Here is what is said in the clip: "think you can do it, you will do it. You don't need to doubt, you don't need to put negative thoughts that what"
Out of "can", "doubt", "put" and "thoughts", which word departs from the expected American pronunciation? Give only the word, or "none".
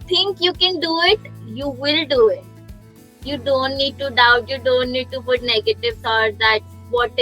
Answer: thoughts